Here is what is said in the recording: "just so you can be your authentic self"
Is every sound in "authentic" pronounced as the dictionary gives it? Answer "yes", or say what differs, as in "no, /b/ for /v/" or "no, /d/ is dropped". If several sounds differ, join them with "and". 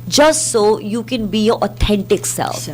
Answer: no, /t/ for /θ/